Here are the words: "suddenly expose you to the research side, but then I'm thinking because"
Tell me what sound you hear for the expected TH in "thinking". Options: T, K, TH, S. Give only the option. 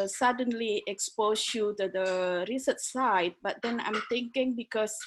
T